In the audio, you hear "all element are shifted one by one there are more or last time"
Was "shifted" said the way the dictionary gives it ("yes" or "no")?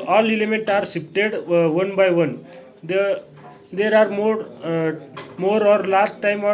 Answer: no